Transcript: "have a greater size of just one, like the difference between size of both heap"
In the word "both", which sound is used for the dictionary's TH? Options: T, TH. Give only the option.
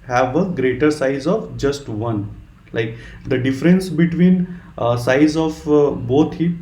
T